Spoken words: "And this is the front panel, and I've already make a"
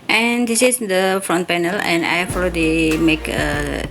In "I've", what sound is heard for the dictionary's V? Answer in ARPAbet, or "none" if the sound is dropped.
F